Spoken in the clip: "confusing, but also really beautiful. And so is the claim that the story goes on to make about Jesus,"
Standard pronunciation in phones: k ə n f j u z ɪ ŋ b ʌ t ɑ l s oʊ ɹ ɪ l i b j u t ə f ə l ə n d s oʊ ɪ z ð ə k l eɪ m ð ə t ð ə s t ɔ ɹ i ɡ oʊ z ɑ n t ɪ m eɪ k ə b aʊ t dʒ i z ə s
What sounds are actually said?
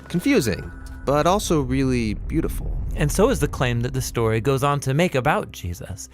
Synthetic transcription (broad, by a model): k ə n f j u z ɪ ŋ b ʌ t ɑ l s oʊ ɹ ɪ l i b j u t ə f l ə n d s oʊ ɪ z ð ə k l eɪ m ð ə t ð ə s t ɔ ɹ i ɡ oʊ z n t ɪ m eɪ k ə b aʊ t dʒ i z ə s